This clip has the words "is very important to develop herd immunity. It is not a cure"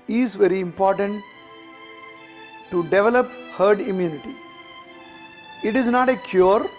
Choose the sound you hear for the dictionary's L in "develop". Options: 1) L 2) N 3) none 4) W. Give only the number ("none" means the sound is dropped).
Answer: 1